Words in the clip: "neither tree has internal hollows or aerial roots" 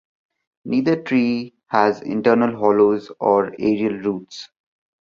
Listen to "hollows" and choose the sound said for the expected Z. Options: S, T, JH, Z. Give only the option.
Z